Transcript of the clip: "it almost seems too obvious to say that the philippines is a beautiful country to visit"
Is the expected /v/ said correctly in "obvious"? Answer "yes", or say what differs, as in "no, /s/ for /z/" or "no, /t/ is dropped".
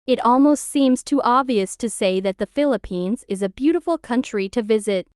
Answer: yes